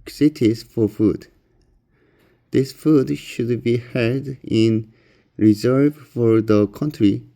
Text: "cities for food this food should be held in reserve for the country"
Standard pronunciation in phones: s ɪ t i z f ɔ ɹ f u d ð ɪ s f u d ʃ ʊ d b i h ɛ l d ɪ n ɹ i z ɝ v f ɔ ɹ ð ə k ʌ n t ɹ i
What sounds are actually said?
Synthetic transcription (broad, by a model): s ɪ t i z f ɔ ɹ f u d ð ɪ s f u d ʃ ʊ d b i h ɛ d ɪ n ɹ i z ɝ v f ɔ ɹ ð ə k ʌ n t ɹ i